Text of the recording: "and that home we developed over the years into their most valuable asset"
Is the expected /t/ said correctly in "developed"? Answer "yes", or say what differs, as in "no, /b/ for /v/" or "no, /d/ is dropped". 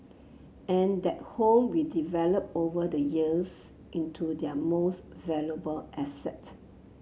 no, /t/ is dropped